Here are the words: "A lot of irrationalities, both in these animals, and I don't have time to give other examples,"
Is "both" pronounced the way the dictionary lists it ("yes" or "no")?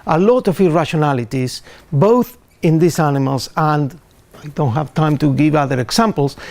yes